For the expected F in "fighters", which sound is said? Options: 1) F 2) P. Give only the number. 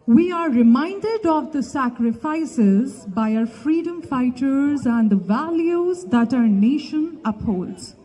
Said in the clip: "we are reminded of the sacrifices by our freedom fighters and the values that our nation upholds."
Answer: 1